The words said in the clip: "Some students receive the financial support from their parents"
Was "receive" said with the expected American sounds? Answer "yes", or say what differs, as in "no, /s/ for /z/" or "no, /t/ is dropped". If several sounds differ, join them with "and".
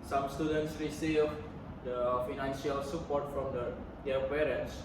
no, /w/ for /ɹ/